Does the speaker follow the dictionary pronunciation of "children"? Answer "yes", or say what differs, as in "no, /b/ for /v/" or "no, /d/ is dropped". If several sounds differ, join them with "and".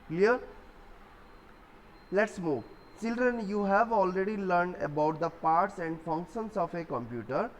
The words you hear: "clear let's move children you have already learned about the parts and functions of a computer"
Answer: yes